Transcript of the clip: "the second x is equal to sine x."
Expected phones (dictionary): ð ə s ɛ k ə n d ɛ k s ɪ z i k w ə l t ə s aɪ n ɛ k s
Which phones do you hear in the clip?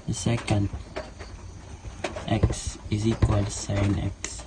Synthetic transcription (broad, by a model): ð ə s ɛ k ə n d ɛ k s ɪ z i k w ə l s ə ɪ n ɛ k s